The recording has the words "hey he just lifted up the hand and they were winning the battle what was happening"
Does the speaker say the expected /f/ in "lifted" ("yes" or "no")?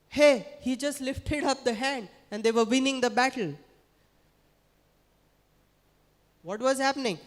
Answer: yes